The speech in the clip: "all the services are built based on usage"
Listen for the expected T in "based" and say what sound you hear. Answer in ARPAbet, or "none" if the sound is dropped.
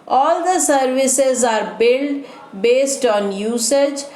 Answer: T